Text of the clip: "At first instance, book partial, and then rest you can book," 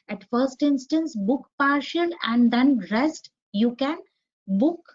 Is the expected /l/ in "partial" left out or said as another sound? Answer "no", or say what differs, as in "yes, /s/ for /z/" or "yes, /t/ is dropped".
yes, /n/ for /l/